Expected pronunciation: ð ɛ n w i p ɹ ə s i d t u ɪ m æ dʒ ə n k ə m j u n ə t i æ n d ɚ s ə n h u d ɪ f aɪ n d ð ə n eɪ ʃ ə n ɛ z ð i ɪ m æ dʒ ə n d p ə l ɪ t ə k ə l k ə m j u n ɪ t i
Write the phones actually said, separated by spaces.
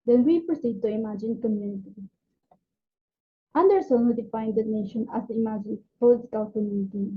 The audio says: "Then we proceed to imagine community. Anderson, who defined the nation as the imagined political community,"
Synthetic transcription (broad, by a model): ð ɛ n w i p ɹ ə s i d t u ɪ m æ dʒ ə n k ə m j u n ə t i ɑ n d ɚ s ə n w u d ɪ f aɪ n d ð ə n eɪ ʃ ə n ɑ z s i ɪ m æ dʒ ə n p ə l ɪ t ə k ə l k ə m j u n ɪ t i